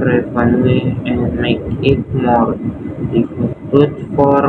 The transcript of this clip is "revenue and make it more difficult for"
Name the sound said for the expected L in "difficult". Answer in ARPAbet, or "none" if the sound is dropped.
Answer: none